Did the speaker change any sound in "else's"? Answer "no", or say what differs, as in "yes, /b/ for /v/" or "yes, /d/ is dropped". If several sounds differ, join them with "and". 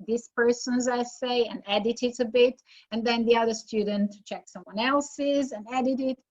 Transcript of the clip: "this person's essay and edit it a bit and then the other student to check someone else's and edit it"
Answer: no